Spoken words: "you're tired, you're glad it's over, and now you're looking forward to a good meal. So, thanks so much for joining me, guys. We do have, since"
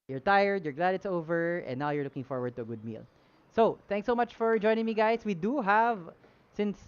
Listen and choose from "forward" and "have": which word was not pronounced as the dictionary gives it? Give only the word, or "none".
none